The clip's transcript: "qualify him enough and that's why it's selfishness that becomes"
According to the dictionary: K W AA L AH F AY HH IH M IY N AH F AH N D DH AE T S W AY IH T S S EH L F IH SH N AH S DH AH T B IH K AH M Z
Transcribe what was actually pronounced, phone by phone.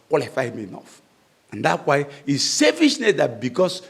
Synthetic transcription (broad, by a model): K W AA L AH F AY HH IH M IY N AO F AH N D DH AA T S W AY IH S S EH F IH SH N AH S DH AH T B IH K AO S